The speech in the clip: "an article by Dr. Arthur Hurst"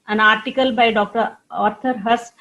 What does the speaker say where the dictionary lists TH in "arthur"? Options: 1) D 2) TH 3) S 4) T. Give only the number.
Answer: 4